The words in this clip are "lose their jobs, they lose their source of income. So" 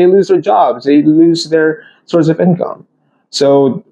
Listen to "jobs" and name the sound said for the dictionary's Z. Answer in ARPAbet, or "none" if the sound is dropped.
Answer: Z